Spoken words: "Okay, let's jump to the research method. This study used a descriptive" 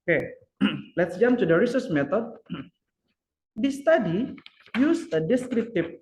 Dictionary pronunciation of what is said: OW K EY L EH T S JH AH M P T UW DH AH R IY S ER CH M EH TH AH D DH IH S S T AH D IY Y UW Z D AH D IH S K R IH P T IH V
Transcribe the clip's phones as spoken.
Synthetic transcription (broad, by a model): K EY L EH T S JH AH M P T UW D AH R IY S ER S M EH T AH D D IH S S T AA D IY Y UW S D AH D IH S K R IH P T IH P